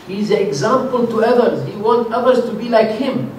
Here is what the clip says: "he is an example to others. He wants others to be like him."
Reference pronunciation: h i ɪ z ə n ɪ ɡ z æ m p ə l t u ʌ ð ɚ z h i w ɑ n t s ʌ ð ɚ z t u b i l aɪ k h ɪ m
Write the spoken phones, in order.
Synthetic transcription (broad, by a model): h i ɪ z ə n ɪ ɡ z æ m p ə l t u ʌ ð ɚ z h i w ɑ n t ʌ ð ɚ z t u b i l aɪ k h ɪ m